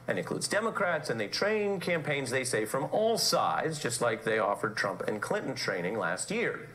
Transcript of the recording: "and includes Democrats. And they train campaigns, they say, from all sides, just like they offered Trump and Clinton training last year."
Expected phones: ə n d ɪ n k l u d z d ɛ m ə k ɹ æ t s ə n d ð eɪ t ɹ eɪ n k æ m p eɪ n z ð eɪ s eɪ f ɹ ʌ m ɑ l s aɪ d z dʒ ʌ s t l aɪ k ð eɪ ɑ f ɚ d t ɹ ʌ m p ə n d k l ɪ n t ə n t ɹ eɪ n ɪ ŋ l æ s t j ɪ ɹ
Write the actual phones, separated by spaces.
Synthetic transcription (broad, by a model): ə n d ɪ n k l u d z d ɛ m ə k ɹ æ t s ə n ð eɪ t ɹ eɪ n k æ m p eɪ n z ð eɪ s eɪ f ɹ ʌ m ɑ l s aɪ d z dʒ ʌ s t l aɪ k ð eɪ ɑ f ɚ d t ɹ ʌ m p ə n k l ɪ n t n t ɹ eɪ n ɪ ŋ l æ s t j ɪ ɹ